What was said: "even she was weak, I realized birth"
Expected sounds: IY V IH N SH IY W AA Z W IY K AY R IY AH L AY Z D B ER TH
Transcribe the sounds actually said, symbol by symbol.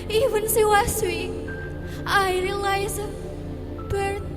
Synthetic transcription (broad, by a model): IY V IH N S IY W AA S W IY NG AY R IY L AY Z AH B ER